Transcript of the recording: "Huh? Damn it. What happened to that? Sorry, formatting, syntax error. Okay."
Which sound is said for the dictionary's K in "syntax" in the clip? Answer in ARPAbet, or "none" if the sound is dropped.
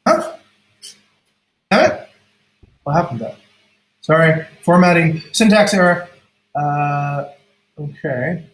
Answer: K